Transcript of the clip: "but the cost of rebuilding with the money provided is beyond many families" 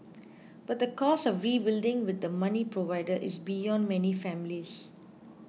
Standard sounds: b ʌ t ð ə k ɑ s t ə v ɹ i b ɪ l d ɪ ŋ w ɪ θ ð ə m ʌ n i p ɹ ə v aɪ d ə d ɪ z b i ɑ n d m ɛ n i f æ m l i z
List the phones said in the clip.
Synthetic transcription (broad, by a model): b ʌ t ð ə k ɑ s ə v ɹ i b ɪ l d ɪ ŋ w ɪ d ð ə m ʌ n i p ɹ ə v aɪ d ə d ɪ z b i ɑ n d m ɛ n i f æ m l i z